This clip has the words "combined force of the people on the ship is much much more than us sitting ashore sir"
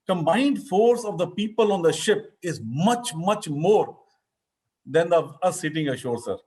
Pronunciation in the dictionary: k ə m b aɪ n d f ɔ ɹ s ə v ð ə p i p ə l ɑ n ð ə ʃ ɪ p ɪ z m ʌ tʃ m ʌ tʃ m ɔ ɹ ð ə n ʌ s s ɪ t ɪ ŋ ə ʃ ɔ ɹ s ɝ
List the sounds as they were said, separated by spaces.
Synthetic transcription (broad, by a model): k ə m b aɪ n d f ɔ ɹ s ə v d ə p i p ə l ɑ n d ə ʃ ɪ p ɪ z m ʌ tʃ m ʌ tʃ m ɔ ɹ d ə n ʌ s s ɪ t ɪ ŋ ə ʃ ɔ ɹ s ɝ